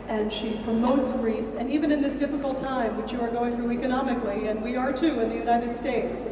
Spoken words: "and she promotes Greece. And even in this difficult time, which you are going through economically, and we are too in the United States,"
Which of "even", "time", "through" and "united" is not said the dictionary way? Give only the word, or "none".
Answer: none